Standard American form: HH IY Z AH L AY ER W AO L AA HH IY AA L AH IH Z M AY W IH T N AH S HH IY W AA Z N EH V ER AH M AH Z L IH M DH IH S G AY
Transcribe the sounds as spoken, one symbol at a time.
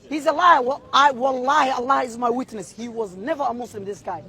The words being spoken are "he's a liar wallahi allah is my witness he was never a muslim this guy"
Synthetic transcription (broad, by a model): HH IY Z AH L AY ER W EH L AA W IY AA L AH IH Z M AY W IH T N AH S HH IY W AA Z N EH V ER AH M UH S L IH M DH IH S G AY